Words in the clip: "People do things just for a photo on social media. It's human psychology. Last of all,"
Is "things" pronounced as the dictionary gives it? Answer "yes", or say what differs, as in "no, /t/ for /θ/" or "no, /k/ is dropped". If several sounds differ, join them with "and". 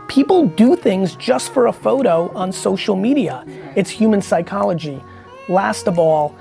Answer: yes